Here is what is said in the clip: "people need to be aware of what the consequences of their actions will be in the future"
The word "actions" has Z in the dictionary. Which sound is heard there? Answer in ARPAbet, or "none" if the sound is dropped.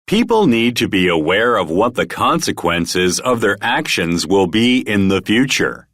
Z